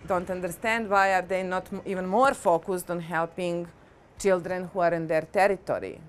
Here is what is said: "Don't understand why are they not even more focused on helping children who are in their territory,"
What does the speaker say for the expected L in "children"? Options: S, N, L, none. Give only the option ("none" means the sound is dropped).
L